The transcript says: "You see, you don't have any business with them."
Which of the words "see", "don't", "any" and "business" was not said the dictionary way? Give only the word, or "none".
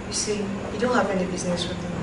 none